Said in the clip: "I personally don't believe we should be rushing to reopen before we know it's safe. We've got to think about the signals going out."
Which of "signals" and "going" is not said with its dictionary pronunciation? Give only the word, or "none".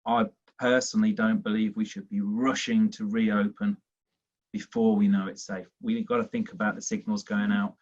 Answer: none